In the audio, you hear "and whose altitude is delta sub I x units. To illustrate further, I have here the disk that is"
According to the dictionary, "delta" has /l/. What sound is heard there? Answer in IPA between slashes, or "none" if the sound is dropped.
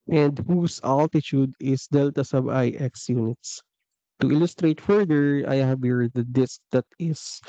/l/